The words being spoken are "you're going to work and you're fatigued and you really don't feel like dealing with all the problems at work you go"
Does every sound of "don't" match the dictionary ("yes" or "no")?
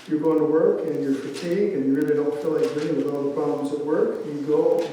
no